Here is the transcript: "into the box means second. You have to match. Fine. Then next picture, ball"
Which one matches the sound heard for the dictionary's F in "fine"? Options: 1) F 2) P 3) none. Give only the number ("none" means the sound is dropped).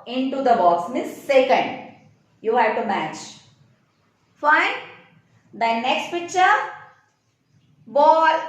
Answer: 1